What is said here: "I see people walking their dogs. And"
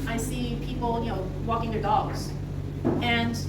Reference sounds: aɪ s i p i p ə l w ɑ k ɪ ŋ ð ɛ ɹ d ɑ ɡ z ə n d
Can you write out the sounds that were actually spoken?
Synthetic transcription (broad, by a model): aɪ s i p i p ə n w ɑ k ɪ ŋ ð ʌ ɹ d ɑ ɡ z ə n